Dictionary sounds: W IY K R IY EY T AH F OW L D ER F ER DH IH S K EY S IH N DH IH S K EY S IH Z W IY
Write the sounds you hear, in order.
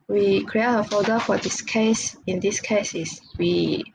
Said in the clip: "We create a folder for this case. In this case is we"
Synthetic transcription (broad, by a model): W IY K R IY EY T AH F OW D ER F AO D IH S K EY S IH N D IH S K EY S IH S W IY